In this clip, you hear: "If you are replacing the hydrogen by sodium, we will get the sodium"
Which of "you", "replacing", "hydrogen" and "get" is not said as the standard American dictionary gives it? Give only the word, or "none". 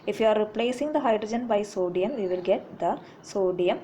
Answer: none